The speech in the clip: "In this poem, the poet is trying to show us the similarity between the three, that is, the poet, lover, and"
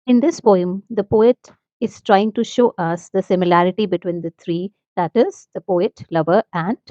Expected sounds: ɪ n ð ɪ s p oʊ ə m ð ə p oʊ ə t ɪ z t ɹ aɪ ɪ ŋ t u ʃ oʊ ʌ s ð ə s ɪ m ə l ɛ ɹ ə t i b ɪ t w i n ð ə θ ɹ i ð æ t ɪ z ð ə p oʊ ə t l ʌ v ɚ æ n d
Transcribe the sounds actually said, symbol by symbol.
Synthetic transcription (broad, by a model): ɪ n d ɪ s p oʊ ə m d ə p oʊ ə t ɪ z t ɹ aɪ ɪ ŋ t u ʃ oʊ ʌ s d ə s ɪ m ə l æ ɹ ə t i b ɪ t w i n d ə t ɹ i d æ t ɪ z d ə p oʊ ə t l ʌ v ɚ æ n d